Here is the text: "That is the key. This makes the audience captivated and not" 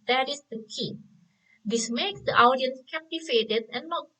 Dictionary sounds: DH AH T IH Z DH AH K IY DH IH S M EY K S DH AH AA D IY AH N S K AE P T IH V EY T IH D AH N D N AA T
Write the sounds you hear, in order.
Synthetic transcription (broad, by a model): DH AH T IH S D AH K IY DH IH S M EY K S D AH AA D IY AH N S K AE P T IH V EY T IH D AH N N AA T